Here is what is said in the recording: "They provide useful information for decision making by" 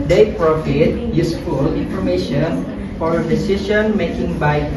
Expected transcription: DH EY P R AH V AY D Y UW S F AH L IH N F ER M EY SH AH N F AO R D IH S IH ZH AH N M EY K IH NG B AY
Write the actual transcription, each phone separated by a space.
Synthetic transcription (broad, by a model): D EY P R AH F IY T Y UW S F AH L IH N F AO M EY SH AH N F AO R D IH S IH SH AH N M EY K IH NG B AY